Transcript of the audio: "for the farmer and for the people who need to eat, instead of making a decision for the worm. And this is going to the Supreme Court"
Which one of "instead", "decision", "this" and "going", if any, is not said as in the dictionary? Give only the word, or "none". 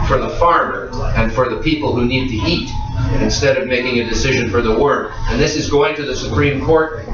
none